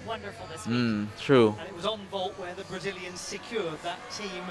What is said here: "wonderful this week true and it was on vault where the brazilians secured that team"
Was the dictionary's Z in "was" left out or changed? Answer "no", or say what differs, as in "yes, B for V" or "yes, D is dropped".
no